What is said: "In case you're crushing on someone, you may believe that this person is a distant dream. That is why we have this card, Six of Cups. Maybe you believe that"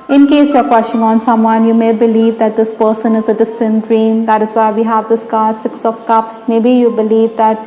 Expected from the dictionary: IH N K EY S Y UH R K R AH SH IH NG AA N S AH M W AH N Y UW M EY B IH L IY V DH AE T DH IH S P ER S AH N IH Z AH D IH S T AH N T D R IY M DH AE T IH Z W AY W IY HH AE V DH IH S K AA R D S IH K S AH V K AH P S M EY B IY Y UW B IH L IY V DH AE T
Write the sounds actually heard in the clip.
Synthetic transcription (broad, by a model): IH N K EY S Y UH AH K W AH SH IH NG AA N S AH M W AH N Y UW M EY B IH L IY V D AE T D IH S P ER S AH N IH Z AH D IH S T AH N T D R IY M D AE T IH Z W AY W IY HH AE V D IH S K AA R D S IH K S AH F K AH P S M EY B IY Y UW B IH L IY V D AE T